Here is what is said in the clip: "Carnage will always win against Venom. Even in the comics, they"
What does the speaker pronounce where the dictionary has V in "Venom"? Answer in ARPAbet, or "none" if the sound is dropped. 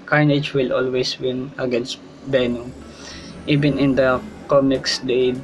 B